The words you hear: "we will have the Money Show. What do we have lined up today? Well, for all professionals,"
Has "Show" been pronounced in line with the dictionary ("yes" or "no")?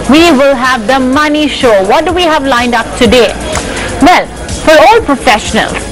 yes